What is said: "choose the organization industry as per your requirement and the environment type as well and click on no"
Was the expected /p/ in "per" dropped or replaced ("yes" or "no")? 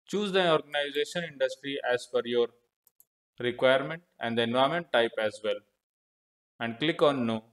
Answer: yes